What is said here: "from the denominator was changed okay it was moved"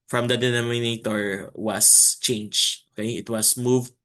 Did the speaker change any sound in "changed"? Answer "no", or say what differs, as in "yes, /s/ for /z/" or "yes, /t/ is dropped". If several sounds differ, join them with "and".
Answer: yes, /d/ is dropped